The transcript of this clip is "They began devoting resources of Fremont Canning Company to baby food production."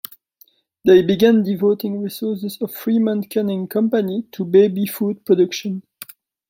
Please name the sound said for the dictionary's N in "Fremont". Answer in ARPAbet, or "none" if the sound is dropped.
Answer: N